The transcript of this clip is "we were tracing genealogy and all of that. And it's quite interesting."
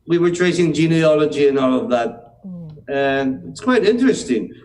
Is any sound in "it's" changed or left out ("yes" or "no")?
no